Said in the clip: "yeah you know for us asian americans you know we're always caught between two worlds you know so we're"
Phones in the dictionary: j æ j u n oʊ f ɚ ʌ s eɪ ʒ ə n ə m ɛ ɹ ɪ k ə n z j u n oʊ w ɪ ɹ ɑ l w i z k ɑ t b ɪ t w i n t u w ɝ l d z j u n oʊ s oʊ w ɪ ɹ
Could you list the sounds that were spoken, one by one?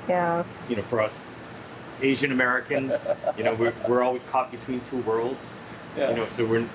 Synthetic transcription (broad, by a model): j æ j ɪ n oʊ f ɚ ʌ s eɪ ʒ ə n ə m ɛ ɹ ɪ k ə n z j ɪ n oʊ w ɪ ɹ ɑ l w i z k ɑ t b ɪ t w i n t u w ɝ l d z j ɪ n oʊ s oʊ w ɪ ɹ